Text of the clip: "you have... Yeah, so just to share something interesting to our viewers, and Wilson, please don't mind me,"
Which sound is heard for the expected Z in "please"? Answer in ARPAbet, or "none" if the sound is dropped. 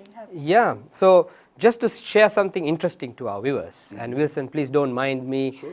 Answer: S